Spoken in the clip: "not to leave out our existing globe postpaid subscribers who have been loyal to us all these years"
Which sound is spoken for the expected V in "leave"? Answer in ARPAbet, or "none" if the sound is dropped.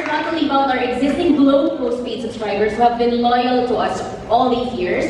B